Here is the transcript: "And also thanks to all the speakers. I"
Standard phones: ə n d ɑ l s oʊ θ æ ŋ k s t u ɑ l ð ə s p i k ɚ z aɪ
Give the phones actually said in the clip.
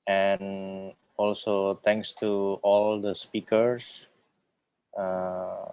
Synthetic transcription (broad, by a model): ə n ɑ l s oʊ t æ ŋ k s t u ɑ l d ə s p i k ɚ s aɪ